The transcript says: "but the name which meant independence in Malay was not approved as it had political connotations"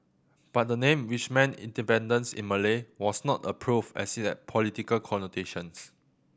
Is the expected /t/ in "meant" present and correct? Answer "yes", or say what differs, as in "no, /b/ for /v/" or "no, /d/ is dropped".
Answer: no, /t/ is dropped